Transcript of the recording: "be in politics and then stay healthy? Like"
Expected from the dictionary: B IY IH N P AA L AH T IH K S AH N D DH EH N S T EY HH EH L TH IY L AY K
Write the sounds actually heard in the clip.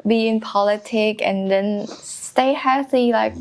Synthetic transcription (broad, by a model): B IY IH N P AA L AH T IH K AH N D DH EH N S T EY HH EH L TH IY L AY K